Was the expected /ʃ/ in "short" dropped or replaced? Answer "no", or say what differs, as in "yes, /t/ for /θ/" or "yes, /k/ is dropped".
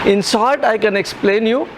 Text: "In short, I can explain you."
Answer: yes, /s/ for /ʃ/